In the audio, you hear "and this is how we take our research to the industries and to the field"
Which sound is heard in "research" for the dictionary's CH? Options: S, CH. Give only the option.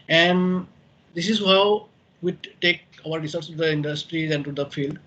S